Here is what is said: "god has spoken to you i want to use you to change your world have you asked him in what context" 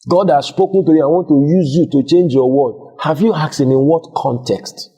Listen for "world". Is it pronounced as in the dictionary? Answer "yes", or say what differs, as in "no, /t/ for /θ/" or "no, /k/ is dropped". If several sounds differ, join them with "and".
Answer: no, /l/ is dropped